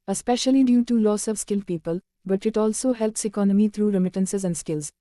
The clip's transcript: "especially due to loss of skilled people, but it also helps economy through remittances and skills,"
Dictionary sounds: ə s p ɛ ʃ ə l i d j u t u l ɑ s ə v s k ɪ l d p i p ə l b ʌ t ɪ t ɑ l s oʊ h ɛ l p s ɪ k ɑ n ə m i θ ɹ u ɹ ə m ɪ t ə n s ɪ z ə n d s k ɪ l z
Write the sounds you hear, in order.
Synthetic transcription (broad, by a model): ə s p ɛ ʃ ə l i d j u t u l ɑ s ə v s k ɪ l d p i p ə l b ʌ t ɪ t ɑ l s oʊ h ɛ l p s ɪ k ɑ n ə m i t ɹ u ɹ ə m ɪ t ə n s ɪ z ə n d s k ɪ l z